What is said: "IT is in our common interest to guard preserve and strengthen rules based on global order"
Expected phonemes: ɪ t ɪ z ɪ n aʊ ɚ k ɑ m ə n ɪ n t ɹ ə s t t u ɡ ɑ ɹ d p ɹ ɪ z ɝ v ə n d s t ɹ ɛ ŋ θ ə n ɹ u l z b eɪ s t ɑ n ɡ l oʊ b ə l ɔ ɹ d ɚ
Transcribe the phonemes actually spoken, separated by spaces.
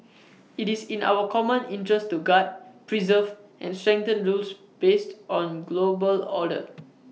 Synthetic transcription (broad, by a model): ɪ t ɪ s ɪ n aʊ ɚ k ɑ m ə n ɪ n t ɹ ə s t t u ɡ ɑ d p ɹ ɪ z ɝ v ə n s t ɹ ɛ ŋ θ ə n ɹ u l s b eɪ s t ɑ n ɡ l oʊ b ə l ɔ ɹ d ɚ